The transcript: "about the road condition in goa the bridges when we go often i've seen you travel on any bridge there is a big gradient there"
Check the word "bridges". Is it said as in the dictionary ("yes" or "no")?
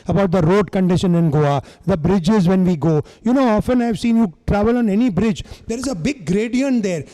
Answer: yes